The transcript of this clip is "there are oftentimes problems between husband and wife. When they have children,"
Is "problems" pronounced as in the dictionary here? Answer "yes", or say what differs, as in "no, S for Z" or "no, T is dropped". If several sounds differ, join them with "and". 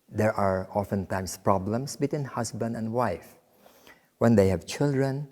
no, S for Z